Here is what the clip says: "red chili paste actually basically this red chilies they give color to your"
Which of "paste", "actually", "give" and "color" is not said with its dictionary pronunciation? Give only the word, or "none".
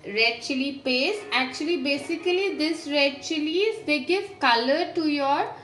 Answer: paste